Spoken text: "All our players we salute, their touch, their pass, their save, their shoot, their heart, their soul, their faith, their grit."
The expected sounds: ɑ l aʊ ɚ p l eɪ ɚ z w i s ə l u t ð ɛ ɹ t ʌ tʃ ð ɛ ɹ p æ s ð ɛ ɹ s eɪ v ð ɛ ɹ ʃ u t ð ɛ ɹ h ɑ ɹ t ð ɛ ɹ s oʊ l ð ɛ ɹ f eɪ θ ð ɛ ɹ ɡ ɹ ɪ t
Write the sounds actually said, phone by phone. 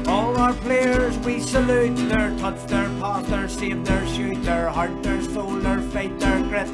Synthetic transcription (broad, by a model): ɑ l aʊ ɚ p l eɪ ɚ z w i s ə l u t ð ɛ ɹ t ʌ s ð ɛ ɹ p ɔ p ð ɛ ɹ s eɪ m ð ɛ ɹ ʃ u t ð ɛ ɹ h ɑ ɹ t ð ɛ ɹ s oʊ l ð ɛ ɹ f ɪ t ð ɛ ɹ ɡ ɹ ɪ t